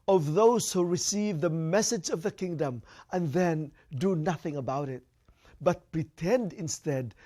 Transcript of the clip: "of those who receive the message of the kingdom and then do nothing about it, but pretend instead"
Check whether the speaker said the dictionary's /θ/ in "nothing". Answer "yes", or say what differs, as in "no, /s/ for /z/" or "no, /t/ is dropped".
yes